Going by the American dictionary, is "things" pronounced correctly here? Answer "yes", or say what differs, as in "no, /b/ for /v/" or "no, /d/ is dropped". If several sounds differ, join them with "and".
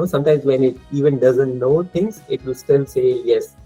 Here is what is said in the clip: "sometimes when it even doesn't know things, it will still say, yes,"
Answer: no, /t/ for /θ/